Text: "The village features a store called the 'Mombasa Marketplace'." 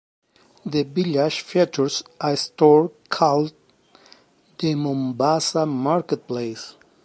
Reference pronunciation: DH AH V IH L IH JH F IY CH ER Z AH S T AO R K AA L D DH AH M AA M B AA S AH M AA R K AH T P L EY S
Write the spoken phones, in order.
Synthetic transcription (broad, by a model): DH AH B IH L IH SH F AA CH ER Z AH S T AO R K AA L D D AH M AA M B AA S AH M AA R K AH T P L EY S